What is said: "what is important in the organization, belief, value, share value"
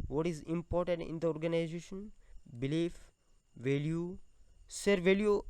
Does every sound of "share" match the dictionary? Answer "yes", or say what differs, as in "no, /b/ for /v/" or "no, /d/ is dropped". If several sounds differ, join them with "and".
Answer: no, /s/ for /ʃ/